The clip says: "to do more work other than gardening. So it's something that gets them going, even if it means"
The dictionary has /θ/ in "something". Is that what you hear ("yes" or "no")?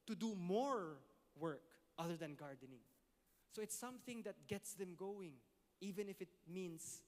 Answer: yes